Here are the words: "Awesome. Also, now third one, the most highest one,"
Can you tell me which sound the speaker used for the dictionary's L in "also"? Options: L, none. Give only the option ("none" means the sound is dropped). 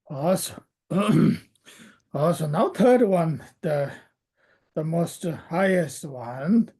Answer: none